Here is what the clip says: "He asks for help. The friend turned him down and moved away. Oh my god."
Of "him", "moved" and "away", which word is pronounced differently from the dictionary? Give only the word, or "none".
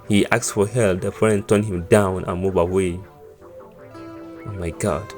moved